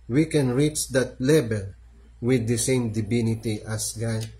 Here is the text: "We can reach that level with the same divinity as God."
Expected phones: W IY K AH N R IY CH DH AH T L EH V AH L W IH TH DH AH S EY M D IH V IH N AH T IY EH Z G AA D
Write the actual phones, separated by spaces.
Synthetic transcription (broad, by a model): W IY K AH N R IY CH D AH T L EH B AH L W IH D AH S EY M D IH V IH N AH T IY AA S G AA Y